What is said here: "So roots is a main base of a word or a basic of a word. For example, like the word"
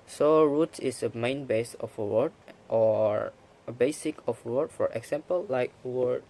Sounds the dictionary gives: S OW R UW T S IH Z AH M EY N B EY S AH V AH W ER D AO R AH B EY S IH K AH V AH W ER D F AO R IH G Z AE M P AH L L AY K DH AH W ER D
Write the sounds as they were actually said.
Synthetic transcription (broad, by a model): S OW R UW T IH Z AH M EY N B EY S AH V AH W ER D AO R AH B EY S IH K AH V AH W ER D F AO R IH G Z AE M P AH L L AY K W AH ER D